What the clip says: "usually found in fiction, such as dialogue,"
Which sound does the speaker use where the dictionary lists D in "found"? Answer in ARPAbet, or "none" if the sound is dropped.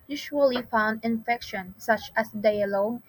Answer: D